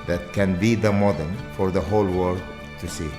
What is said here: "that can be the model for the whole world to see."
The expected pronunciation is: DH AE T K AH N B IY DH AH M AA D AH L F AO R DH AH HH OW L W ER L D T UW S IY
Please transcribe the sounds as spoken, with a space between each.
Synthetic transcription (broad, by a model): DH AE T K AH N B IY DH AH M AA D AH N F AO R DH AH HH OW L W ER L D T UW S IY